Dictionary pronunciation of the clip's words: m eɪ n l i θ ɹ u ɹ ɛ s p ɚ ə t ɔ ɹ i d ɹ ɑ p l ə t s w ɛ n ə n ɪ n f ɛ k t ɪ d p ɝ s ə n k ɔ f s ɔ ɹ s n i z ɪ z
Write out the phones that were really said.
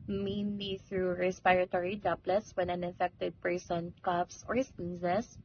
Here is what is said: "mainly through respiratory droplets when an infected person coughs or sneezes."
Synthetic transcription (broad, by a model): m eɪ n l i θ ɹ u ɹ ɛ s p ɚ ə t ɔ ɹ i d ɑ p l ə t s w ɛ n ə n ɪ f ɛ k t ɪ d p ɝ s ə n k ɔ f s ɔ ɹ s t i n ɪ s